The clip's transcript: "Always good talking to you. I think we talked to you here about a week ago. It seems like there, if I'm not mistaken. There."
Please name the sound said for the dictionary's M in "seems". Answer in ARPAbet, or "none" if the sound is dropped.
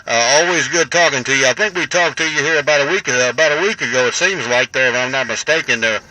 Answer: M